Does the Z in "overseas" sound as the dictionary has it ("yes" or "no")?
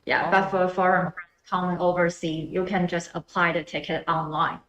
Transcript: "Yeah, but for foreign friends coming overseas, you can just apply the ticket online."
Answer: no